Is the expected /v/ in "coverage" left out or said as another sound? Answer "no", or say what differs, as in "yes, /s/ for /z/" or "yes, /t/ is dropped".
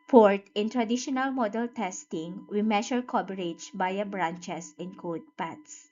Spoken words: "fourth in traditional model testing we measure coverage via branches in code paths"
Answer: yes, /b/ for /v/